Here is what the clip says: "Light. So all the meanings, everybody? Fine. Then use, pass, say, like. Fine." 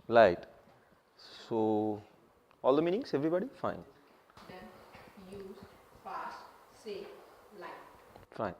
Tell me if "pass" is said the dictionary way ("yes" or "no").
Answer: no